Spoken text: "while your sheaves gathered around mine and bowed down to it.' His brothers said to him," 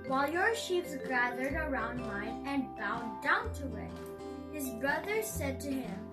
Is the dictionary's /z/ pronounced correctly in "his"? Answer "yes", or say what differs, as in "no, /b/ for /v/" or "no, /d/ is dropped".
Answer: yes